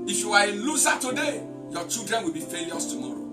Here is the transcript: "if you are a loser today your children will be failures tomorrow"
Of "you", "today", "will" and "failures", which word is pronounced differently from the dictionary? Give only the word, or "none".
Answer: failures